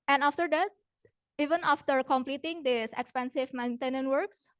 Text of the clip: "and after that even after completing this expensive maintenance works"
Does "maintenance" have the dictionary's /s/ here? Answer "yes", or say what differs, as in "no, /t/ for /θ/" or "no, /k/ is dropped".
no, /s/ is dropped